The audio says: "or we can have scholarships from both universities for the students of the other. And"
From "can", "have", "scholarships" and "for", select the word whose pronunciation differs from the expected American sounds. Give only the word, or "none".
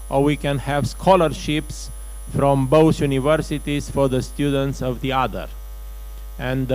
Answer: none